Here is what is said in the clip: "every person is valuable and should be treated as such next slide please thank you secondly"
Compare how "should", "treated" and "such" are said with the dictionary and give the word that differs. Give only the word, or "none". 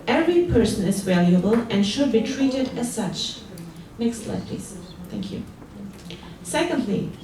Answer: none